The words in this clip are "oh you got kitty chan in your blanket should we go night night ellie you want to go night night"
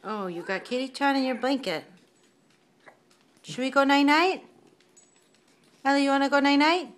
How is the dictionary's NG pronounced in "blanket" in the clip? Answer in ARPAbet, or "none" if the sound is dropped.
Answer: NG